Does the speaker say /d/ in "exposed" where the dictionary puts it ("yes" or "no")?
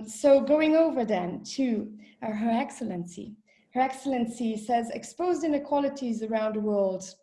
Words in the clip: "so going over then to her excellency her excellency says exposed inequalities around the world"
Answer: yes